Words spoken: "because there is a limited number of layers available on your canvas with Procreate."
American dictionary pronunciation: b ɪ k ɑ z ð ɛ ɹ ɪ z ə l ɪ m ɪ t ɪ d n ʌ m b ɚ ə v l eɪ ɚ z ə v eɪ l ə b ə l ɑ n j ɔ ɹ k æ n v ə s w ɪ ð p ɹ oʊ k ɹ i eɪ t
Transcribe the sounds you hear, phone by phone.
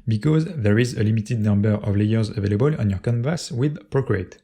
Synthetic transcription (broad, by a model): b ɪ k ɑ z ð ɛ ɹ ɪ z ə l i m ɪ t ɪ d n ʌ m b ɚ ə v l eɪ ɚ z ə v eɪ l ə b ə l ɑ n j ɔ ɹ k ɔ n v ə s w ɪ ð p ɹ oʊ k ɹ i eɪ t